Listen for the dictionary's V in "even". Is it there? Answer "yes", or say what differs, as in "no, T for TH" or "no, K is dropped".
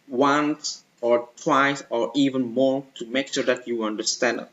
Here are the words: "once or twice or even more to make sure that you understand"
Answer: yes